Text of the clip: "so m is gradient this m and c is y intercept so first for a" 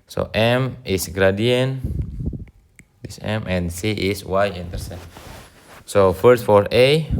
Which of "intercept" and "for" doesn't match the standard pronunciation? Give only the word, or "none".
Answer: intercept